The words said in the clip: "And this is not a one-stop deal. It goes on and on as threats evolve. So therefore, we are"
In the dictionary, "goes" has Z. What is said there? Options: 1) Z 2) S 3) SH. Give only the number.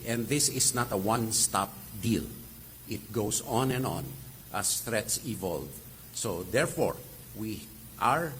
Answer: 2